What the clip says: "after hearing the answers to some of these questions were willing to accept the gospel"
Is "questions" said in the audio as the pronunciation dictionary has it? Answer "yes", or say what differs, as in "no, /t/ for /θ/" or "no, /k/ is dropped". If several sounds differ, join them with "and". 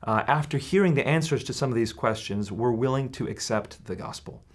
yes